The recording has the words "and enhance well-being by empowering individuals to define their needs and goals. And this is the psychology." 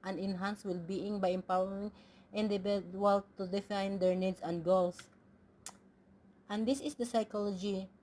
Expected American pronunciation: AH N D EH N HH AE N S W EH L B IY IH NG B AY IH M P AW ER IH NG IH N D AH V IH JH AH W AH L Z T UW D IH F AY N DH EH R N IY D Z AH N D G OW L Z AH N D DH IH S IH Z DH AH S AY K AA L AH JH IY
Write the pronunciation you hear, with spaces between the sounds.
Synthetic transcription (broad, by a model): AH N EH N HH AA N S W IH L B IY IH NG B AY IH M P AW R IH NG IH N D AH B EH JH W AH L T UW D IH F AY N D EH R N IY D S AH N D G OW L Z AH N D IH S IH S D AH S AY K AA L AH JH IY